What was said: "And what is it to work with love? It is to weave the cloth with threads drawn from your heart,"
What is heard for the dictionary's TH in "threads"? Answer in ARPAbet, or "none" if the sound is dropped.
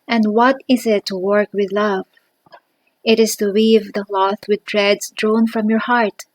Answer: T